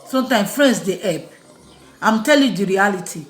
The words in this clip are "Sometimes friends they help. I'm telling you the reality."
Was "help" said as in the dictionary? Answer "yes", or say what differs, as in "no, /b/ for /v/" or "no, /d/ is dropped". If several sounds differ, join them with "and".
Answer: no, /l/ is dropped